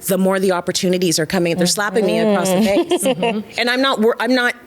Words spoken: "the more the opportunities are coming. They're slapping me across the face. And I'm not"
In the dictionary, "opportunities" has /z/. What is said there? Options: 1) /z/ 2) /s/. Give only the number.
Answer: 1